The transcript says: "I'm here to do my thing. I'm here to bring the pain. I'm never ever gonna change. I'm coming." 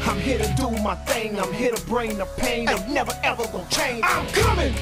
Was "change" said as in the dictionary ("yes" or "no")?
no